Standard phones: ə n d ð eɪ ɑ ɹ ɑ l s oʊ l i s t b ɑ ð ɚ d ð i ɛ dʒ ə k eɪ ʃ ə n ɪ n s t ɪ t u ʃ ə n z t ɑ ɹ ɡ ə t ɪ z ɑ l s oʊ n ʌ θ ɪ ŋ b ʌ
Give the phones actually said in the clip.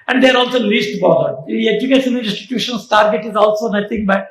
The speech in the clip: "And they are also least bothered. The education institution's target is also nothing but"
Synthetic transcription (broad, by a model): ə n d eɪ ɑ ɹ ɑ l s oʊ l i s t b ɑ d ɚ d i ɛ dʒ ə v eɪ s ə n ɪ n s t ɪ t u ʃ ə n s t ɑ ɹ ɡ ə t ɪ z ɑ l s oʊ n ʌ t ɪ ŋ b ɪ